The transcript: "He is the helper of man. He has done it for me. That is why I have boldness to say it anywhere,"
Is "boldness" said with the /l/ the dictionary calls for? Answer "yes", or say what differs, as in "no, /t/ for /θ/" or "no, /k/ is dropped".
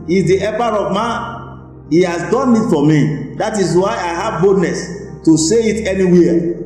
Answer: no, /l/ is dropped